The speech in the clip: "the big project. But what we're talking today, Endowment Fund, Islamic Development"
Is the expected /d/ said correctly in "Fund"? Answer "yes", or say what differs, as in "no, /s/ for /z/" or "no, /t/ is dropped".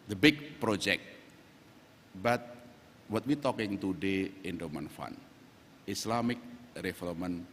no, /d/ is dropped